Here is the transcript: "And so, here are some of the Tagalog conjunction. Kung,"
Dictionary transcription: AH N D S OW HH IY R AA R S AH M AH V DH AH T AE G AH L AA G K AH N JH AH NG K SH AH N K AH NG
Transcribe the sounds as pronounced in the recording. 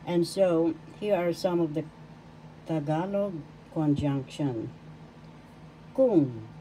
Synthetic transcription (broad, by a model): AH N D S OW HH IY R AA R S AH M AH V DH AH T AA G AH L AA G K AH N JH AH NG K SH AH N K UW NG